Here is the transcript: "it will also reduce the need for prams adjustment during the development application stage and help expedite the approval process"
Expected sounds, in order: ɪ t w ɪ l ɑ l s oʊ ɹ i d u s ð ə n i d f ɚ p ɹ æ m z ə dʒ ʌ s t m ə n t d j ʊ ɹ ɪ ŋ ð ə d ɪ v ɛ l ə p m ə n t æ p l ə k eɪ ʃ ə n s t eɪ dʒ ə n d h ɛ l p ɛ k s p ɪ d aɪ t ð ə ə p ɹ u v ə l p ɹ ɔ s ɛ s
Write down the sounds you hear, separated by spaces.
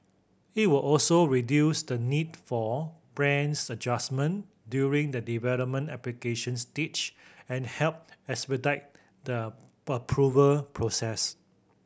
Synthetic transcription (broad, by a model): ɪ t w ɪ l ɑ l s oʊ ɹ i d u s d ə n i d f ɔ b ɹ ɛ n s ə dʒ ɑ s m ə n d j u ɹ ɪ ŋ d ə d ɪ v ɛ l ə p m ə n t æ p l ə k eɪ ʃ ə n s t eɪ tʃ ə n h ɛ l p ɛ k s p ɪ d aɪ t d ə ə p ɹ u v ə l p ɹ ɔ s ɛ s